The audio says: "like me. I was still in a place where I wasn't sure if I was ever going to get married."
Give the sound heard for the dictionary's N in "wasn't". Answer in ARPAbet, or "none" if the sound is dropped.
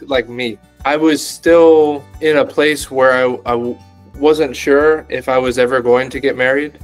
N